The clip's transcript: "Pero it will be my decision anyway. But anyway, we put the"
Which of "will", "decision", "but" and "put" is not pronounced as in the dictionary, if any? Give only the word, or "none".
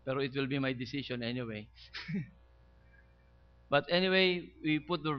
decision